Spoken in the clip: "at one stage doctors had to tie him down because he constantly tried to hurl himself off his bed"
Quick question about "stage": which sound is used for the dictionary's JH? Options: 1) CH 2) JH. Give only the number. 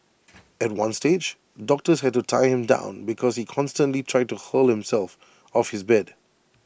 2